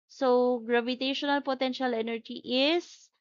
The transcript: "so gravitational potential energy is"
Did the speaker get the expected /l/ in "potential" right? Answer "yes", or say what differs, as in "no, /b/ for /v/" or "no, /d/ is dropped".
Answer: yes